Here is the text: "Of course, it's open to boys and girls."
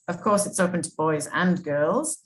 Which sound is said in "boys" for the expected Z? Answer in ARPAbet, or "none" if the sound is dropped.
Z